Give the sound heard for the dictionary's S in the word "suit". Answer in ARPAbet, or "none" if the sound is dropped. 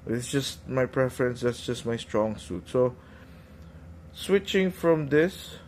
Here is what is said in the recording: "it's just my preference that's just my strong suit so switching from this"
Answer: S